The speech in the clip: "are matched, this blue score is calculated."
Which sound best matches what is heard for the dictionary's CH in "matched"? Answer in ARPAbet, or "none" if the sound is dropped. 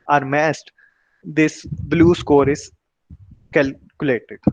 S